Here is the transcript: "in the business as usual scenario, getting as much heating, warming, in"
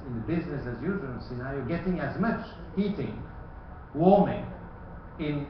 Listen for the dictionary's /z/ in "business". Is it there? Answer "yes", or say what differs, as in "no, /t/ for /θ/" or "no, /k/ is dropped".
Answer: yes